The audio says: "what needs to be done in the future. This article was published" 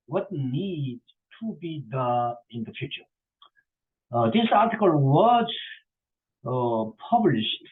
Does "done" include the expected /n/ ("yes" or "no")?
no